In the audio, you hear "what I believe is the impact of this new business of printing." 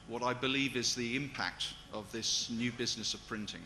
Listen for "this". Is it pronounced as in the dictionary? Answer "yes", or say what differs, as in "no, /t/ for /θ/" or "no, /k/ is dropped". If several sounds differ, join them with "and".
yes